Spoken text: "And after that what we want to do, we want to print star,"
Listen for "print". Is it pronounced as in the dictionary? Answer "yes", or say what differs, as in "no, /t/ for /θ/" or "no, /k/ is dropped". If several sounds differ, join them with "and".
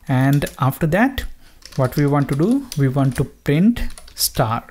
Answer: yes